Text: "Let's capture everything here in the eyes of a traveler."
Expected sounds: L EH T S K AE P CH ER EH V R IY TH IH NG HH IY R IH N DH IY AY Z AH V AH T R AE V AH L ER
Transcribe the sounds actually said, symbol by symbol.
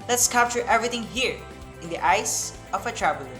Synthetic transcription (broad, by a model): L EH T S K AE P CH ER EH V R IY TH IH NG HH IY R IH N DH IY AY S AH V AH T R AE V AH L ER